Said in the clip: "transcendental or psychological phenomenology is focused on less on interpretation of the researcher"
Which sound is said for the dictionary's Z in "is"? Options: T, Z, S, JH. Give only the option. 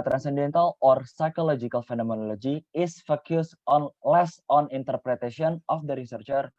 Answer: S